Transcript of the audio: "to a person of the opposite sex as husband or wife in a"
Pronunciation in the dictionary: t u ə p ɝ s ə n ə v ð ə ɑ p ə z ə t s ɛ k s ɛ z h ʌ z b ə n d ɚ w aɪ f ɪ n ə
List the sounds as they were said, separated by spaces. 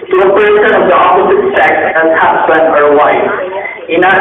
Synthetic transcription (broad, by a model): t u ə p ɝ ʃ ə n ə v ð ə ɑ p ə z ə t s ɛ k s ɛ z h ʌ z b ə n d ɚ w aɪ ɪ n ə